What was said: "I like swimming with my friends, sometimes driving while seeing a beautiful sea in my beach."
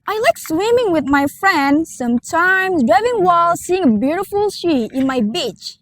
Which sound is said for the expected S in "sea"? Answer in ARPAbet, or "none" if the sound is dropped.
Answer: SH